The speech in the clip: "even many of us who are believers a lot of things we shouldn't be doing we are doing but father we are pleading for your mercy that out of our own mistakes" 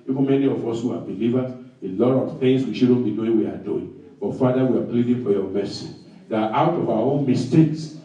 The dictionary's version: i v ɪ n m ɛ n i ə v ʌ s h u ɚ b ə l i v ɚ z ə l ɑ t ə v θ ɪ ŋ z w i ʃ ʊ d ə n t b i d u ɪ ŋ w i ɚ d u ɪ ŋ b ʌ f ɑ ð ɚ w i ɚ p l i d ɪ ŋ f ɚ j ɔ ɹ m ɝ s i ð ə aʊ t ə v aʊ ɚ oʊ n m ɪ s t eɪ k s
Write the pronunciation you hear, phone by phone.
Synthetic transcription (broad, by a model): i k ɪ m ɛ n i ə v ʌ s h u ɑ b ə l i v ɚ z ə l ɑ t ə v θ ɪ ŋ s w i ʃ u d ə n b i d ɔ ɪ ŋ w i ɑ d u ɪ ŋ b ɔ f ɑ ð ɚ w i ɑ b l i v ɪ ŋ f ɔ j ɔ m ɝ s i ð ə aʊ t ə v aʊ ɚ oʊ n m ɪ s t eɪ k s